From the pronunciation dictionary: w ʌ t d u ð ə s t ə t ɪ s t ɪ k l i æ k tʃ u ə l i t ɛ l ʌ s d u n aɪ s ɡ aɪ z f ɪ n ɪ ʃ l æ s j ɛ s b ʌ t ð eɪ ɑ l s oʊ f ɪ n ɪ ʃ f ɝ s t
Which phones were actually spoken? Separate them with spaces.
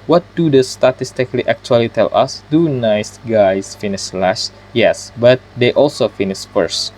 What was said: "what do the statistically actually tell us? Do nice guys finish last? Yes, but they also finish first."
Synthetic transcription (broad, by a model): w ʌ t d u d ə s t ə t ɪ s t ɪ k l i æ k tʃ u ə l i t ɛ l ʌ s d u n aɪ s ɡ aɪ s f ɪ n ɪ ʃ l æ ʃ j ɛ s b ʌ t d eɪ ɑ l s oʊ f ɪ n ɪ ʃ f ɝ s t